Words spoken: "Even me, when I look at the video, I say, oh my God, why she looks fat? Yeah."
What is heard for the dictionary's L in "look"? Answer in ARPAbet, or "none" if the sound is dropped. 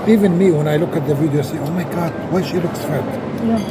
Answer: L